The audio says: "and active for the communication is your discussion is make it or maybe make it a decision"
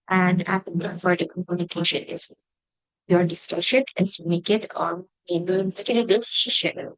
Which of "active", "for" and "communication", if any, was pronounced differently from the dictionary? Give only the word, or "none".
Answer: active